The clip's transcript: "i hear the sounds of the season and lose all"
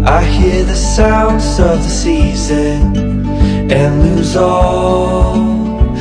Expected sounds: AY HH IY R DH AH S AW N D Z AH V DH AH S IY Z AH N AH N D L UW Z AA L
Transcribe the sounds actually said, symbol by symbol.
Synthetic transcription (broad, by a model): AY HH IY R DH AH S AW N D Z AH V DH AH S IY Z AH N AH N L UW Z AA L